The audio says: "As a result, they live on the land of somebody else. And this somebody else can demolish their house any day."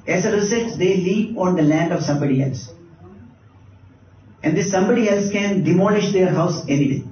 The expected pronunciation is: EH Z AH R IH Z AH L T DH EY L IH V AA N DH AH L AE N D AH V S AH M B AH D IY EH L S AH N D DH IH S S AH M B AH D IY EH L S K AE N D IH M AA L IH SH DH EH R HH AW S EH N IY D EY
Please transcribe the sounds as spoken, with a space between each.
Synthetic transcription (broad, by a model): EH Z AH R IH S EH T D EY L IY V AA N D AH L AE N D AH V S AH M B AH D IY EH L S AH N D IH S S AH M B AH D IY EH L S K AE N D IH M AA L IH SH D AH R HH AW S EH N IY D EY